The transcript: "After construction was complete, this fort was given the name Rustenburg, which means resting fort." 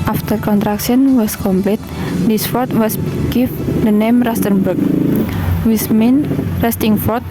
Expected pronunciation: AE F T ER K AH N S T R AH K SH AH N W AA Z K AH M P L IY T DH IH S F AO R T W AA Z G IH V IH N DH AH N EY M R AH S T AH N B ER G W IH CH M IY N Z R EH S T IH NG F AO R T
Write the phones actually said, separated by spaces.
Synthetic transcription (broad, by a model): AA F T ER K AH N T R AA K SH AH N W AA S K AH M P L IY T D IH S F AO R T W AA S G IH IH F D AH N EY M R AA S T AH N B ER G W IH S M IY N R EH S T IH NG F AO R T